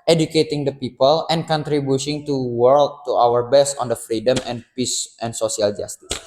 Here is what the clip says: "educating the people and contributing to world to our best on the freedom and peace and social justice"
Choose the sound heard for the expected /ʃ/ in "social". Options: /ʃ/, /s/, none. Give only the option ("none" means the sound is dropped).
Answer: /s/